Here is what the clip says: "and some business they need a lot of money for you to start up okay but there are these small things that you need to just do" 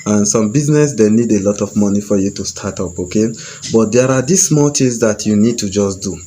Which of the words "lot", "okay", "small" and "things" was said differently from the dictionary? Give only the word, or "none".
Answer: things